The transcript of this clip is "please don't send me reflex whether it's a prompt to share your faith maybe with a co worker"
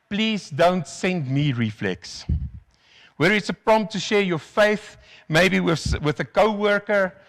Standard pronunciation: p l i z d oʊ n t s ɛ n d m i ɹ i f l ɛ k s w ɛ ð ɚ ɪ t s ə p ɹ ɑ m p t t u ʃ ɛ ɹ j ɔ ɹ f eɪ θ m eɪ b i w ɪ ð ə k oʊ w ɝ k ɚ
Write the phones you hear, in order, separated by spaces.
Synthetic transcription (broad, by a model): p l i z d oʊ n t s ɛ n d m i ɹ i f l ɛ k s w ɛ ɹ ɪ t s ə p ɹ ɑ m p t t u ʃ ɛ ɹ j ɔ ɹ f eɪ θ m eɪ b i w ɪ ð ə k oʊ w ɝ k ɚ